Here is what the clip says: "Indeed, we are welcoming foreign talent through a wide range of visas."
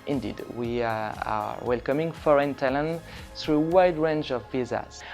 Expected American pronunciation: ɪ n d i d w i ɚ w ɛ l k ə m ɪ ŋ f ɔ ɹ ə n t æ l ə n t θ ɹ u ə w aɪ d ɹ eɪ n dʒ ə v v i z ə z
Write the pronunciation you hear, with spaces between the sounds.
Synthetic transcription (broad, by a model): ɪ n d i d w i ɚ w ɛ l k ə m ɪ ŋ f ɔ ɹ ə n t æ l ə n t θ ɹ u w aɪ d ɹ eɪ n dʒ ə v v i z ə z